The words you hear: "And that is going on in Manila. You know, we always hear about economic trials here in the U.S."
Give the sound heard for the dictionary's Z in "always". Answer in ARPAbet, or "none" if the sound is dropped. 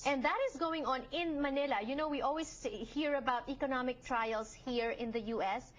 S